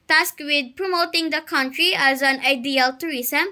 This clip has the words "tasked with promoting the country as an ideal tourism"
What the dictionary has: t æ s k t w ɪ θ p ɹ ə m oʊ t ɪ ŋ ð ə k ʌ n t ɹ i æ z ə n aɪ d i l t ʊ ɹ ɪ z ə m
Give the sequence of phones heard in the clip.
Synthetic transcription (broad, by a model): t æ s k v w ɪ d p ɹ ə m oʊ t ɪ ŋ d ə k ʌ n t ɹ i æ z ə n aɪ d i l t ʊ ɹ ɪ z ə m